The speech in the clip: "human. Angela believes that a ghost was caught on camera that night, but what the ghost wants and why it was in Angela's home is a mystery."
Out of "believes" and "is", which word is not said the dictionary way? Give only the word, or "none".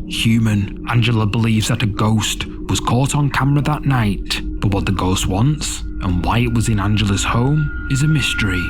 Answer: none